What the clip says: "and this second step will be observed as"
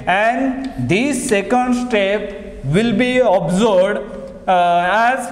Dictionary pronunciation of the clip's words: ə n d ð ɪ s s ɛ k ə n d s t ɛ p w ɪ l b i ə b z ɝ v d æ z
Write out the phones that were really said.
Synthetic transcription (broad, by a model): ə n d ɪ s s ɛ k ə n d s t ɛ p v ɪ l b i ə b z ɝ b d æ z